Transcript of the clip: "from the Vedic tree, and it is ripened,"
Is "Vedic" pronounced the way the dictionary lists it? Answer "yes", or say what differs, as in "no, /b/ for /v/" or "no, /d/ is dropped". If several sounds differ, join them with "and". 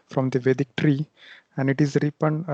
yes